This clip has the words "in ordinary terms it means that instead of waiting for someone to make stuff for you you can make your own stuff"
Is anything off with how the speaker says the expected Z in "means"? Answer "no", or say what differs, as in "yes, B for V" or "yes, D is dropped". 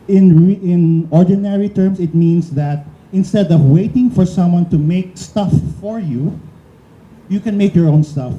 yes, S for Z